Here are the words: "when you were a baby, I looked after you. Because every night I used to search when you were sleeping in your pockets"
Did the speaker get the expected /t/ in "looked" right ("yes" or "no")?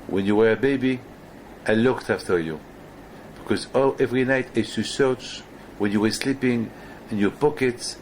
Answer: yes